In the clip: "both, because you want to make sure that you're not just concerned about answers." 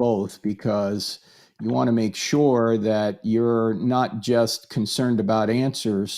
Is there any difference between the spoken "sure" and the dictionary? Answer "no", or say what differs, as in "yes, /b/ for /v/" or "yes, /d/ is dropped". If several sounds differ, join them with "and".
no